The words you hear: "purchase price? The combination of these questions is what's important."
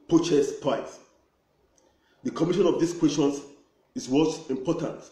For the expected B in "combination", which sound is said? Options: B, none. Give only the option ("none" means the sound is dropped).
none